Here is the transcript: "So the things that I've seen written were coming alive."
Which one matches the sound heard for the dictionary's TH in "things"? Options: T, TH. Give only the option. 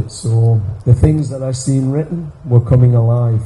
TH